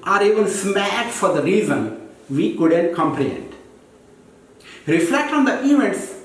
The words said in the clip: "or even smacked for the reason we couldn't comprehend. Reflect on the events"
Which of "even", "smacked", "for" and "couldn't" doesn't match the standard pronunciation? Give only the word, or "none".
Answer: smacked